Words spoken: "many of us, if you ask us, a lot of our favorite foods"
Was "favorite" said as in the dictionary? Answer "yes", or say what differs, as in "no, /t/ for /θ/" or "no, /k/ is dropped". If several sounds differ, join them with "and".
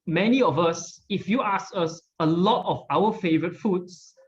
yes